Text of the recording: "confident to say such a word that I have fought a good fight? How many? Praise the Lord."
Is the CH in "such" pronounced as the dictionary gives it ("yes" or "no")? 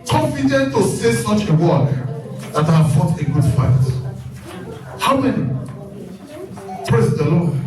yes